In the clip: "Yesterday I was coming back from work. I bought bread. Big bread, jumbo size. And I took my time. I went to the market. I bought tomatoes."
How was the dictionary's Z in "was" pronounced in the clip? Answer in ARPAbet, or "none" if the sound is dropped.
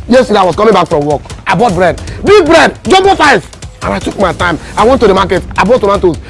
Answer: S